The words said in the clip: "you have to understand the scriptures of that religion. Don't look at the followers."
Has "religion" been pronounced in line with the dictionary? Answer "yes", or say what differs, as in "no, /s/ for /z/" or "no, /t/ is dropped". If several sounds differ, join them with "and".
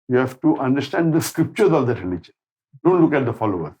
no, /n/ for /l/ and /tʃ/ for /dʒ/